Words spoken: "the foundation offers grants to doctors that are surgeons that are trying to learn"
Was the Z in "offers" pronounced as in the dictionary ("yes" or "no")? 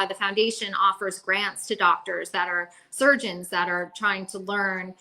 yes